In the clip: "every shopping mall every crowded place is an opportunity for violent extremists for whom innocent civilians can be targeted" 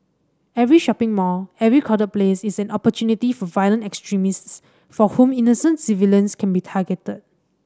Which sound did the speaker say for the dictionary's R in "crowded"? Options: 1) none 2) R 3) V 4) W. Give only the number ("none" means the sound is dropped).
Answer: 1